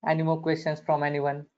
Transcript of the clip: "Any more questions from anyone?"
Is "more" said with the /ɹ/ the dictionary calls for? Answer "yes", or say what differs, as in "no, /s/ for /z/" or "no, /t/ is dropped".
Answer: no, /l/ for /ɹ/